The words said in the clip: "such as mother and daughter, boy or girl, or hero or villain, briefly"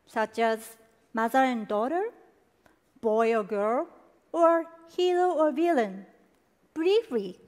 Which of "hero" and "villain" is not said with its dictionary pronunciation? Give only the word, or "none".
hero